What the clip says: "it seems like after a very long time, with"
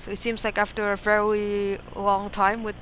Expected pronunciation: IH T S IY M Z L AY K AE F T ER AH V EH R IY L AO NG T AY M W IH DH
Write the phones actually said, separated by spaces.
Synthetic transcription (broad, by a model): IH T S IY M Z L AY K AE F T ER AH V EH R IY L AO NG T AY M W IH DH